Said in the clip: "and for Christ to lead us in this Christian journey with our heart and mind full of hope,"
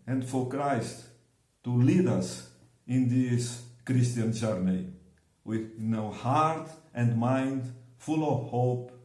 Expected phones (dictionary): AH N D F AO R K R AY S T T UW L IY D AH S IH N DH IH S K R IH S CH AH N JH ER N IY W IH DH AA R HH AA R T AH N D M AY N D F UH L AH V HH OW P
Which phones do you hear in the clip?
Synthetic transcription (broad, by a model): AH N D F AO R K R AY S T T UW L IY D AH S IH N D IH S K R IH S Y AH N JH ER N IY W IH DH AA W HH AA R T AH N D M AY N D F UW L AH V HH OW P